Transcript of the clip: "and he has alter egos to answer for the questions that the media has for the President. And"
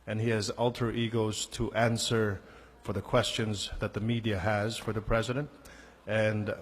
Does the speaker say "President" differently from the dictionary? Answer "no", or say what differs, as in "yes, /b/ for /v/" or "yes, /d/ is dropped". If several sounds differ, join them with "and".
no